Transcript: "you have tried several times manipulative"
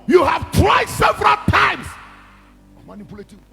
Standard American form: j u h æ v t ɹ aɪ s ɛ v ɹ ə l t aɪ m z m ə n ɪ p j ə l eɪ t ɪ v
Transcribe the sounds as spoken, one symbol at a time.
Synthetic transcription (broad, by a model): j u h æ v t w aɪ s ɛ v ɹ ə l t aɪ m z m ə n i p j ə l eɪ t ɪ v